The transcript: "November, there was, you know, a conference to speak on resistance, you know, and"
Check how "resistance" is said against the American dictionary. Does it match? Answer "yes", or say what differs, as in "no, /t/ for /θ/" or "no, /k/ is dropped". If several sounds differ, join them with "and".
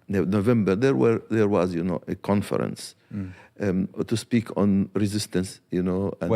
yes